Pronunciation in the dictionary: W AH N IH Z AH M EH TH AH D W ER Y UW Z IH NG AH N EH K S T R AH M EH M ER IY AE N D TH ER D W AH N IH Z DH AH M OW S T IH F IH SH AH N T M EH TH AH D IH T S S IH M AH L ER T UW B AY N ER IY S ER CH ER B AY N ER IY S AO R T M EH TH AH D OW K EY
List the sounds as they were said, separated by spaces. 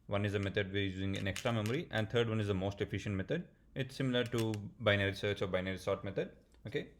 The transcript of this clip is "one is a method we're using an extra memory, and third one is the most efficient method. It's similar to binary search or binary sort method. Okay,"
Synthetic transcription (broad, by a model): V AH N IH Z AH M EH T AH D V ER Y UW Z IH NG AH N EH K S T R AH M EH M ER IY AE N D T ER D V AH N IH Z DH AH M OW S T IH F IH SH AH N T M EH T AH D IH T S S IH M AH L ER T UW B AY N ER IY S ER CH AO B AY N ER IY S AO R T M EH T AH D OW K EY